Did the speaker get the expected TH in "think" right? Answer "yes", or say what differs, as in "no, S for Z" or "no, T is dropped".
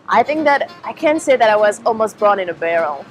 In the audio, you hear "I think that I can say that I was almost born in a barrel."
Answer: yes